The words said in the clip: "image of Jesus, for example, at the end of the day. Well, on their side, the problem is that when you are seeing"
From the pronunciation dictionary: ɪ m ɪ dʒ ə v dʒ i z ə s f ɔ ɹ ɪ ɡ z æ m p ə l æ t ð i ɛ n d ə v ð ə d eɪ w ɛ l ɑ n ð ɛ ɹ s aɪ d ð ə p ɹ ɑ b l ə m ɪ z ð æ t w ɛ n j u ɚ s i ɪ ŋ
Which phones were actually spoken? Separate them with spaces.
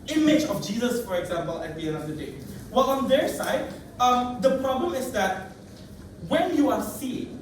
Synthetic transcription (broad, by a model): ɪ m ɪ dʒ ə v dʒ i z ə s f ɔ ɹ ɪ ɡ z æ m p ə l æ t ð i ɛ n ə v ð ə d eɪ w ɛ l ɑ n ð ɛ ɹ s aɪ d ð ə p ɹ ɑ b l ə m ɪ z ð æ t w ɛ n j u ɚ s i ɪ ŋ